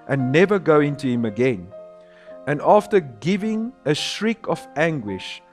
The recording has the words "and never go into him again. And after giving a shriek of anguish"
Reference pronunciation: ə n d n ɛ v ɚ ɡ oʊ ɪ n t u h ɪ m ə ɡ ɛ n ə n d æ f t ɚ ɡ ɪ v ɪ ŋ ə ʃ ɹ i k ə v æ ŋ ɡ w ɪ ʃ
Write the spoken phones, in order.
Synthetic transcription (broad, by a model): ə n n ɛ v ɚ ɡ oʊ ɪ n t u h ɪ m ə ɡ ɛ n ə n d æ f t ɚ ɡ ɪ v ɪ ŋ ə ʃ ɹ i k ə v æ ŋ ɡ w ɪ ʃ